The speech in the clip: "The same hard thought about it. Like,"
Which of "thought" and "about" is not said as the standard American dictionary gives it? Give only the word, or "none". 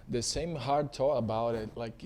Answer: thought